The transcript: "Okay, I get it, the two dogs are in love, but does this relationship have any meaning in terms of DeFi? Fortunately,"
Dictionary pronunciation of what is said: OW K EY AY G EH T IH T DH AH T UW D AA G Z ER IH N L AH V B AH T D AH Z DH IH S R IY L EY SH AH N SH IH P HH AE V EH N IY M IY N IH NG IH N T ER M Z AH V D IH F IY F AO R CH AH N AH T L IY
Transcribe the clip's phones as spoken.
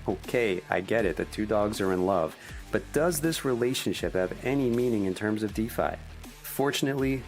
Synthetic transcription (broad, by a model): OW K EY AY G EH T IH T DH AH T UW D AA G Z ER IH N L AH V B AH T D AH Z DH IH S R IY L EY SH AH N SH IH P HH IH V EH N IY M IY N IH NG IH N T ER M Z AH V D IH F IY F AO R CH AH N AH T L IY